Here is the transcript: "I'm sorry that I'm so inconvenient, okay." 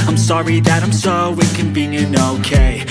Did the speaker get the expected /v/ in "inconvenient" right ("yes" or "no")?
no